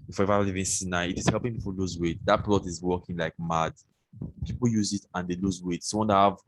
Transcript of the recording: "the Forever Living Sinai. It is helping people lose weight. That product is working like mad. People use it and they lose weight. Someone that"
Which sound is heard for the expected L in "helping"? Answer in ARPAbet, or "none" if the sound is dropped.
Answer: L